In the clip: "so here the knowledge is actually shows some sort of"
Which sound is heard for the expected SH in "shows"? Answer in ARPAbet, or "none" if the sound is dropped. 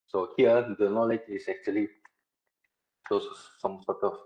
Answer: S